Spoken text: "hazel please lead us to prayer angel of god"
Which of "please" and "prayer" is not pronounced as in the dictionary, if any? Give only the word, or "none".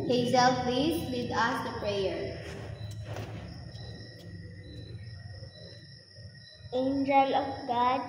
please